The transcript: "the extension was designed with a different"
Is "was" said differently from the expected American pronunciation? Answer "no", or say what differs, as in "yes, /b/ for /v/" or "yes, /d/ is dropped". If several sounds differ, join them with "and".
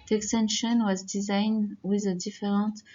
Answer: no